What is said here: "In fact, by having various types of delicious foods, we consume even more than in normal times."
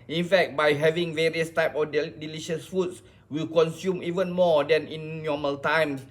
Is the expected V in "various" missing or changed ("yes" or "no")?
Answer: no